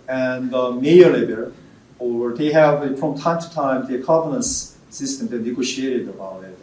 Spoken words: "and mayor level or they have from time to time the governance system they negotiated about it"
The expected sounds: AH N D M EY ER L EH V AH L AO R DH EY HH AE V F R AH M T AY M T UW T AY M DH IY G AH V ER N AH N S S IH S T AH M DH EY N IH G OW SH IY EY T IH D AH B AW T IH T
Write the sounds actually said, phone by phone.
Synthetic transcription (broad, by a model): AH N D M EY ER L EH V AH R AO R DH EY HH AE V F R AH M T AY M T UW T AY M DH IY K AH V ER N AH N S S IH S T AH M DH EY N IH G OW SH IY EY T IH D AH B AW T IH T